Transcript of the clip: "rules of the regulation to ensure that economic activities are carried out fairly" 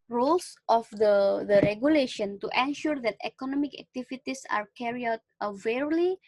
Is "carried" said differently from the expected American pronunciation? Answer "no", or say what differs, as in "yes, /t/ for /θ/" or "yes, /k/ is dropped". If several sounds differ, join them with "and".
yes, /d/ is dropped